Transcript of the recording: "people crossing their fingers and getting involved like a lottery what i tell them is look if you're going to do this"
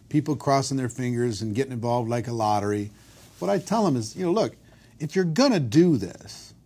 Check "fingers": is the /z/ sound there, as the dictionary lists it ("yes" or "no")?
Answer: yes